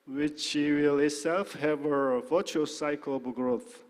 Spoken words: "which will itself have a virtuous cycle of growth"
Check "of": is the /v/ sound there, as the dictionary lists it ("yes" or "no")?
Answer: no